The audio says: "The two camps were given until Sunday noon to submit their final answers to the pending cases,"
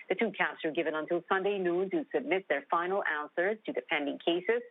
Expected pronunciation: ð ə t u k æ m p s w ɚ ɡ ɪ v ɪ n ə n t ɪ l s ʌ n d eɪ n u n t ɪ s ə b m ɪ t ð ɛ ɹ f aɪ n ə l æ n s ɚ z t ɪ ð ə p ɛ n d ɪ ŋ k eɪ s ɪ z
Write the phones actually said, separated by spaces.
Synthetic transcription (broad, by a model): ð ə t u k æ p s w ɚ ɡ ɪ v ɪ n ə n t ɪ l s ʌ n d eɪ n u n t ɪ s ə b m ɪ t ð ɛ ɹ f aɪ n l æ n s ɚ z t ɪ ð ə p ɛ n d ɪ ŋ k eɪ s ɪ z